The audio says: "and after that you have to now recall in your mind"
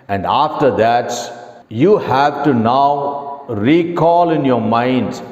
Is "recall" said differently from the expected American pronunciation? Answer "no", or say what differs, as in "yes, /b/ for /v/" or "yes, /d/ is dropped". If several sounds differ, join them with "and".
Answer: no